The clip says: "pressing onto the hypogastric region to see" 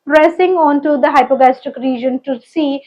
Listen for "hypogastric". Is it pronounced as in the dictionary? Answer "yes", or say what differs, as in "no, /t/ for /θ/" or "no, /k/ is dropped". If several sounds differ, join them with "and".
no, /ɹ/ is dropped